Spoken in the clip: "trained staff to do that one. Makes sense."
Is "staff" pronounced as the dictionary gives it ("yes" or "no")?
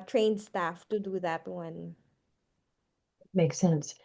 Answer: yes